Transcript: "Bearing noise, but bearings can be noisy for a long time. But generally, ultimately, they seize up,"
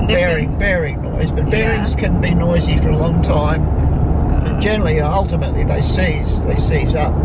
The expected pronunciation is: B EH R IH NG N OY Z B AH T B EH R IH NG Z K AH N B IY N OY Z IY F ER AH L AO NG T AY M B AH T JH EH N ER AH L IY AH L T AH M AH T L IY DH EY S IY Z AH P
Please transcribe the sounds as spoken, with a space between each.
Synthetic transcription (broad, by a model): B EH R IH NG N OY Z B AH T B EH R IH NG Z K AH N B IY N OY Z IY F ER AH L AO NG T AY M B AH T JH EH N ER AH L IY AH L T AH M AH T L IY DH EY S IY Z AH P